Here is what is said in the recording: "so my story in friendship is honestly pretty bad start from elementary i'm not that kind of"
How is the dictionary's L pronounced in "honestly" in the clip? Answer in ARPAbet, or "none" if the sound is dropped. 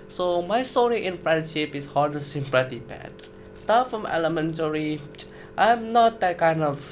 none